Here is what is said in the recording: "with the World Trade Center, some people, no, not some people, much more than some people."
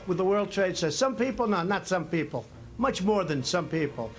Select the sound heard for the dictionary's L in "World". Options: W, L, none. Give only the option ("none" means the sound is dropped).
L